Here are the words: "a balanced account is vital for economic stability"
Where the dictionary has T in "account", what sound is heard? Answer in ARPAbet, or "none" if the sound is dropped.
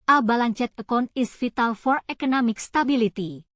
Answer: none